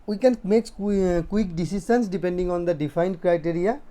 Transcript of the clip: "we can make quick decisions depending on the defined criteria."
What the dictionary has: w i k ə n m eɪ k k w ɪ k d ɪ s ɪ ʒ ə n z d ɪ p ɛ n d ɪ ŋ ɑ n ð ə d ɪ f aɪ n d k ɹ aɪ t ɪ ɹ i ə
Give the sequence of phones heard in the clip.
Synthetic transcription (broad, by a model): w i k ə n m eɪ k k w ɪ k d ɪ s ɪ s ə n s d ɪ p ɛ n d ɪ ŋ ɑ n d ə d ɪ f aɪ n d k ɹ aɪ t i ɹ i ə